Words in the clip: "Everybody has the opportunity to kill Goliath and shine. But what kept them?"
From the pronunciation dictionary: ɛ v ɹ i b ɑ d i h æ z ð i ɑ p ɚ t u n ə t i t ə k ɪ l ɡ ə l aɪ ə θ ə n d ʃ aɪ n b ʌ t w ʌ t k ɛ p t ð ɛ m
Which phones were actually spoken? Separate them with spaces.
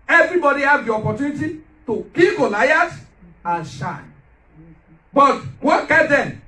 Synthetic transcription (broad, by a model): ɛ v ɹ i b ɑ d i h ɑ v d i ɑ p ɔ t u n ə t i t ə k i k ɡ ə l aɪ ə t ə n ʃ aɪ n b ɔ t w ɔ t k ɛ t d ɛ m